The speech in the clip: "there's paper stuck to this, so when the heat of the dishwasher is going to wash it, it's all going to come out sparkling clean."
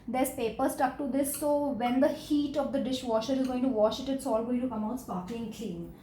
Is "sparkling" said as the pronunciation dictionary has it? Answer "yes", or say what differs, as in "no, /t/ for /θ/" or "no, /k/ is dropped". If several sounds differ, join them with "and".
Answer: no, /l/ is dropped